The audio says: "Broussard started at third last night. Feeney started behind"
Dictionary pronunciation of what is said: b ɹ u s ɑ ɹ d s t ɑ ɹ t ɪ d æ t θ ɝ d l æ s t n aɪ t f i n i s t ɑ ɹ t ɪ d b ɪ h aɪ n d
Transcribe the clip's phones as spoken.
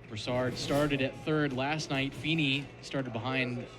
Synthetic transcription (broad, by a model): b ɹ s ɑ ɹ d s t ɑ ɹ t ɪ d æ t θ ɝ d l æ s t n aɪ t f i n i s t ɑ ɹ t ɪ d b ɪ h aɪ n d